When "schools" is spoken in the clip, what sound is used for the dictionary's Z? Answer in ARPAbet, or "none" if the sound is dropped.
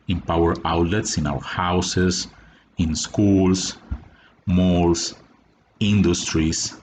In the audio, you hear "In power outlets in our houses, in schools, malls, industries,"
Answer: S